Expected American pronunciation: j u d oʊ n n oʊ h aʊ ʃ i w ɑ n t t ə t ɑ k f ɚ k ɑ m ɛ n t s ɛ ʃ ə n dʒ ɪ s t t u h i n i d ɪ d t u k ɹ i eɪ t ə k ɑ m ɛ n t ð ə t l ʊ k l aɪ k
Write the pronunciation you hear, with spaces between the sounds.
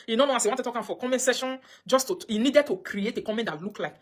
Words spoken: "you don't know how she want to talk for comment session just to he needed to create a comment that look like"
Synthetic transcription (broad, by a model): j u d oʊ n n oʊ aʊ s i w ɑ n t t ə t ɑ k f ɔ k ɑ m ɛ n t s ɛ ʃ ə n dʒ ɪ s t t u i n i d ɪ d t u k ɹ i eɪ t ə k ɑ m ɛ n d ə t l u k l aɪ k